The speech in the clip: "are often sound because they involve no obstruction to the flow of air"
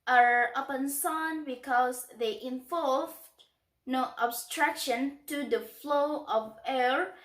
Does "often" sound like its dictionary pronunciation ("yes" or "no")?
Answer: no